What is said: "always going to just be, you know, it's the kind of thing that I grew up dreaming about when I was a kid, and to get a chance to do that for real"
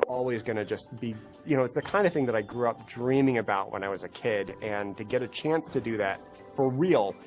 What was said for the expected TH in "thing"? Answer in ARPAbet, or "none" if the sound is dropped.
TH